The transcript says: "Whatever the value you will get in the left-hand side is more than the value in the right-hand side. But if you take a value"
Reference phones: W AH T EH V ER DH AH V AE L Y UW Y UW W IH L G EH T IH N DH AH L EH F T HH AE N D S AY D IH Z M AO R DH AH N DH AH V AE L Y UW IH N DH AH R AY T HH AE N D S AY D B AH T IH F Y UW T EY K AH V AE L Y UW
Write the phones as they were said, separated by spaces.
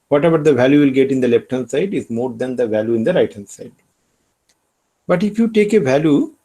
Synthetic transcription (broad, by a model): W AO T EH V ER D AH V AE L Y UW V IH L G EH T IH N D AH L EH P T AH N S AY D IH Z M AO R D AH N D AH V AE L Y UW IH N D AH R AY T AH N S AY D B AH T IH F Y UW T EY K AH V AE L Y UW